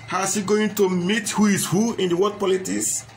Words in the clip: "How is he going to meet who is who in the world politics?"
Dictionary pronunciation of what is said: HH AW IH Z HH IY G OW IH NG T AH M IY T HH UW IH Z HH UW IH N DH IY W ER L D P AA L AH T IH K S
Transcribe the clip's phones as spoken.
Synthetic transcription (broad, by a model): HH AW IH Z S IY G OW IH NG T AH M IY T HH UW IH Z HH UW IH N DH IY W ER D P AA L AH T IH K S